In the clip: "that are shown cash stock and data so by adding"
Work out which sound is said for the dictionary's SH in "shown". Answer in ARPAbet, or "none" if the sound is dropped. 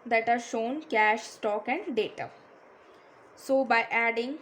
SH